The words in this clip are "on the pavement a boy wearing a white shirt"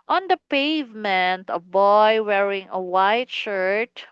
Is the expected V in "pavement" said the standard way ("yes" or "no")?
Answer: yes